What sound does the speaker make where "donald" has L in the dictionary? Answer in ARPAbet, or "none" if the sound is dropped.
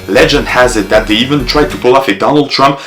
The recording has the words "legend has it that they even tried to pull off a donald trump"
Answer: L